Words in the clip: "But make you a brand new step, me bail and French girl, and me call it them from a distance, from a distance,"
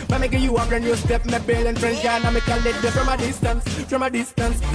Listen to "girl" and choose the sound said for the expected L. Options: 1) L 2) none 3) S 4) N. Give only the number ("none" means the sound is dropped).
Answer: 4